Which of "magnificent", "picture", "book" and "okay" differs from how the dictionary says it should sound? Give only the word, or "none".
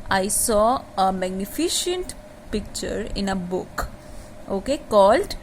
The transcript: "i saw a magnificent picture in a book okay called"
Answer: magnificent